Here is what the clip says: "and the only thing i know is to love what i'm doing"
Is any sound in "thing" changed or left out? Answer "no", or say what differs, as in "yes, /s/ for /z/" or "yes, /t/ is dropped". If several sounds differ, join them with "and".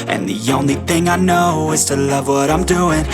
no